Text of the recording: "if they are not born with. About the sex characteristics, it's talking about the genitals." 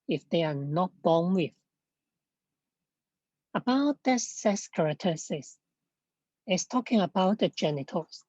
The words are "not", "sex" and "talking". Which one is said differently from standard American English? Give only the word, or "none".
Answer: sex